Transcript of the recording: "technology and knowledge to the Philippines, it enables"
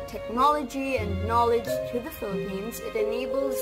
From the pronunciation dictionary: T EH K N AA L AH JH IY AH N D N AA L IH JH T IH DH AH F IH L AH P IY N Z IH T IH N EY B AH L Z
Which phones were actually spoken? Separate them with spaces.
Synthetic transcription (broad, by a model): T EH K N AA L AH JH IY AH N N AA L IH JH T IH DH AH F IH L AH P IY N Z IH T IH N EY B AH L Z